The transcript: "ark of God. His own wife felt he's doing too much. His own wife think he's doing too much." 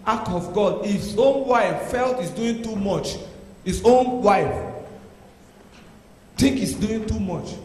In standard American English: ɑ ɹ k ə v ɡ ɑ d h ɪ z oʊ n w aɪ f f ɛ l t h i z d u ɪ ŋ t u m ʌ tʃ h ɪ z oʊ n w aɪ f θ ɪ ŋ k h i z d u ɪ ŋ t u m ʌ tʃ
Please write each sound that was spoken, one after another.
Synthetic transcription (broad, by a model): ɑ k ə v ɡ ɑ d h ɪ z oʊ n w aɪ f f ɛ l t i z d u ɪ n t u m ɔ tʃ h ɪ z oʊ n w aɪ f t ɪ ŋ k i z d u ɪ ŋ t u m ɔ tʃ